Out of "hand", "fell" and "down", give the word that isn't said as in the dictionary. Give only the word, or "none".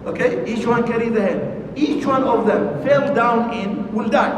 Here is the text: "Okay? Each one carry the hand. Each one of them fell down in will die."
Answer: hand